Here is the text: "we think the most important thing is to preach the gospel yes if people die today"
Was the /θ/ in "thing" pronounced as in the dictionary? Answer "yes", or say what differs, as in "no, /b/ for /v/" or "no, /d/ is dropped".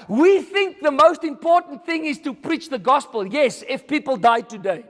yes